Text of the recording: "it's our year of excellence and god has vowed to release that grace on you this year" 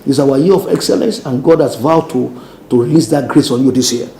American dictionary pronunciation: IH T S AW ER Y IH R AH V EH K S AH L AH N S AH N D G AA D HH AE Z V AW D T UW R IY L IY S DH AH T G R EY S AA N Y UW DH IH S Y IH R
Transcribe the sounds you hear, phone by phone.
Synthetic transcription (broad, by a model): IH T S AW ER Y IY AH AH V EH K S AH L AH N S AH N G AA D HH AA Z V AW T T UW R IY L IY S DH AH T G R EY S AA N Y UW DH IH S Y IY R